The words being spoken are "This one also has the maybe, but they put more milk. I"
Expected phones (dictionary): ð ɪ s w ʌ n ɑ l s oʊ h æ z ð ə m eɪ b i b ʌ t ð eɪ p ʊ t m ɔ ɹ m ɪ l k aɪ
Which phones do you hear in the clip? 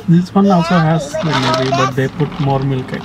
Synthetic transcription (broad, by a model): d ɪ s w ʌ n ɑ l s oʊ h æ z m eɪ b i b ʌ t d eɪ p ʊ t m ɔ ɹ m ɪ l k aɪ